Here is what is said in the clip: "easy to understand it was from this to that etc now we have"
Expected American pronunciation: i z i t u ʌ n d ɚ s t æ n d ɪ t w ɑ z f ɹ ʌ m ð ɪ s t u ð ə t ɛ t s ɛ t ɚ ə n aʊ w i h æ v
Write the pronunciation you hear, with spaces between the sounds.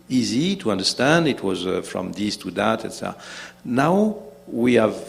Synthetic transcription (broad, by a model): i z i t u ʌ n d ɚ s t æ n d ɪ t w ɑ z f ɹ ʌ m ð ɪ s t u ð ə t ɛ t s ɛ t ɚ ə n aʊ w i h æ v